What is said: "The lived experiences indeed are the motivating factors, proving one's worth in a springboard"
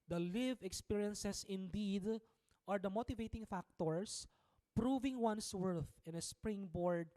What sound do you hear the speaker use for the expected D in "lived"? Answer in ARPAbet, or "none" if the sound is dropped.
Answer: none